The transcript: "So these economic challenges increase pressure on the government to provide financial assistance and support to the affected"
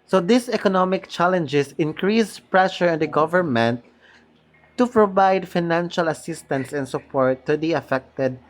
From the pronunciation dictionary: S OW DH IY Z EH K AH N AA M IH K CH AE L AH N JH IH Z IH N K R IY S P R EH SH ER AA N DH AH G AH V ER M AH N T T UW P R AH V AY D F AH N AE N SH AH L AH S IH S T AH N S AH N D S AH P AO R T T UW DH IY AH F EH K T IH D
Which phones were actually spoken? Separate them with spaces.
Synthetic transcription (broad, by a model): S OW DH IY S EH K AH N AA M IH K CH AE L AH N JH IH S IH N K R IY S P R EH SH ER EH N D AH G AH V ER M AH N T T UW P R AH V AY D F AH N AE N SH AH L AH S IH S T AH N S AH N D S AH P AO R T T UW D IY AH F EH K T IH D